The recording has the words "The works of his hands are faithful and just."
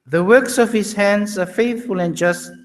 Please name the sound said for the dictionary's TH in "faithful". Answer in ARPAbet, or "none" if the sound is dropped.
TH